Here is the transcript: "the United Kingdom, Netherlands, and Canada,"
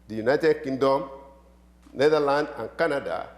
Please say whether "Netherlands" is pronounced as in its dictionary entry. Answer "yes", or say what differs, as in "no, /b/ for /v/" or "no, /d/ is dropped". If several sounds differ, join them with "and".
no, /z/ is dropped